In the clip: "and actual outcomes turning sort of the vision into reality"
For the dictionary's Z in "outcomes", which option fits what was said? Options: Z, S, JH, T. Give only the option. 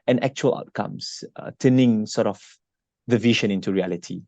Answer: S